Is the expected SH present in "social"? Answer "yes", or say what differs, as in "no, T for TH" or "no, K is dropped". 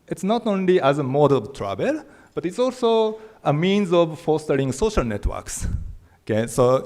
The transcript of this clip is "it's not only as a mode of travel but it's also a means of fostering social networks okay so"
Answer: yes